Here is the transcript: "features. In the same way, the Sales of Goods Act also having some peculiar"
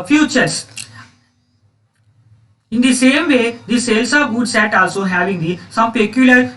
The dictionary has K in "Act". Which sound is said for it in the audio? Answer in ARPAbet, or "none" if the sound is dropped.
none